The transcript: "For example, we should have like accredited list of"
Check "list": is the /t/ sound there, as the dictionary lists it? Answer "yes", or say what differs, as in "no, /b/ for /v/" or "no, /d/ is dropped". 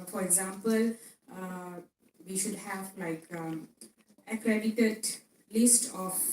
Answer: yes